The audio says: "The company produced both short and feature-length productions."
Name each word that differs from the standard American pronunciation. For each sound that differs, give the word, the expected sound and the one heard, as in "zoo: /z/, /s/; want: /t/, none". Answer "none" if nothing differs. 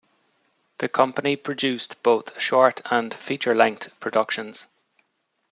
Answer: length: /θ/, /t/